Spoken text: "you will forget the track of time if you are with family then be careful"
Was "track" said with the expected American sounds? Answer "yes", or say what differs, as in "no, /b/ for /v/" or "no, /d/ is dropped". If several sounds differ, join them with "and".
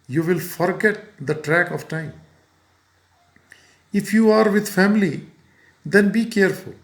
yes